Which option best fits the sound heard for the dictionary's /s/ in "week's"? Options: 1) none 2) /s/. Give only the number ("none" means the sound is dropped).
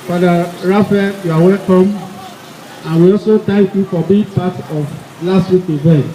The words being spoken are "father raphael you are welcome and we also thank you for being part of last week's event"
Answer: 1